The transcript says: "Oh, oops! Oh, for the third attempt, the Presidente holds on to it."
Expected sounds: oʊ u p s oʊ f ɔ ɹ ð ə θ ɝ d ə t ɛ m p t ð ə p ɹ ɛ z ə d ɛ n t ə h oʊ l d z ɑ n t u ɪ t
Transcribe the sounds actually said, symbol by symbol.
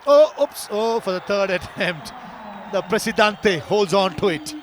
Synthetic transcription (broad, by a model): oʊ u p s oʊ f ɔ ɹ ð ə t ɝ d ə t ɛ m p t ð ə p ɹ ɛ s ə d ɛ n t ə h oʊ l d z ɑ n t u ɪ t